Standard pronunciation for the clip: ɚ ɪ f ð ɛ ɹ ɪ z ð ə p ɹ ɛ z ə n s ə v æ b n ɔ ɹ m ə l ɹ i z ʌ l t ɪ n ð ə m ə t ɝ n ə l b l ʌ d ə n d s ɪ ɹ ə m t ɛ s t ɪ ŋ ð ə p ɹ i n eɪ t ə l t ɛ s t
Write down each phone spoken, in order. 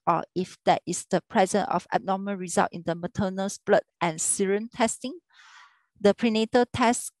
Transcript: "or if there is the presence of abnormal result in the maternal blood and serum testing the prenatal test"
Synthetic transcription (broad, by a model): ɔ ɪ f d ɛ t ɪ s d ə p ɹ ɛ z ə n ə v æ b n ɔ m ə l ɹ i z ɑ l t ɪ n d ə m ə t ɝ n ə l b l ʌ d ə n s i ɹ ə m t ɛ s t ɪ ŋ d ə p ɹ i n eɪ t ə t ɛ s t